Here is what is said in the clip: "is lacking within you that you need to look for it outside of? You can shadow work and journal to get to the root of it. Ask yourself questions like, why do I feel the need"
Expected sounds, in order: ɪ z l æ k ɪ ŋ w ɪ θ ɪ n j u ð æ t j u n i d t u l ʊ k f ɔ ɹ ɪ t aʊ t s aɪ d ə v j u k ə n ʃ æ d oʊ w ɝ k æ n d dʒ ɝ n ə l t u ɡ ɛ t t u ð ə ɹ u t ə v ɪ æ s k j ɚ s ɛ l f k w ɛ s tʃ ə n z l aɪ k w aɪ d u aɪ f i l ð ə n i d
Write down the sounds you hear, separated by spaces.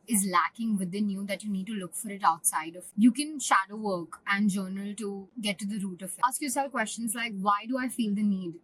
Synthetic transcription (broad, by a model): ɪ z l æ k ɪ ŋ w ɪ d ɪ n j u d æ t j u n i d t u l ʊ k f ɔ ɹ ɪ t aʊ t s aɪ d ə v j u k ə n ʃ æ d oʊ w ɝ k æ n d dʒ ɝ n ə l t u ɡ ɛ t t u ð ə ɹ u t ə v ɪ s k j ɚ s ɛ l k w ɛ s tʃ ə n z l aɪ k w aɪ d u aɪ f i l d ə n i d